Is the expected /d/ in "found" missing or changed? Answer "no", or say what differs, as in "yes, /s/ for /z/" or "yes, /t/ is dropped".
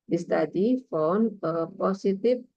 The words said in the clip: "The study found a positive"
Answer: yes, /d/ is dropped